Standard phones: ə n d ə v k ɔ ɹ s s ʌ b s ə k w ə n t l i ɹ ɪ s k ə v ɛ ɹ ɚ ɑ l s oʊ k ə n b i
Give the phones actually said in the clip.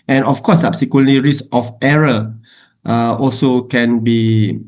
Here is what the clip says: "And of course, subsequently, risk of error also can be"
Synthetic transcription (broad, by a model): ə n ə f k ɔ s s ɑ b s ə k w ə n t l i ɹ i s ə f ɛ ɹ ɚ ɑ l s oʊ k ə n b i